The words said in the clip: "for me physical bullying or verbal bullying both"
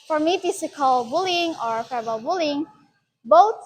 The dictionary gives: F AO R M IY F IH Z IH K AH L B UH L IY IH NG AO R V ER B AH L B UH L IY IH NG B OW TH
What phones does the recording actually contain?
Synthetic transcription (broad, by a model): F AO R M IY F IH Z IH K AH L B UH L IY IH NG AO R F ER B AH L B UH L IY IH NG B OW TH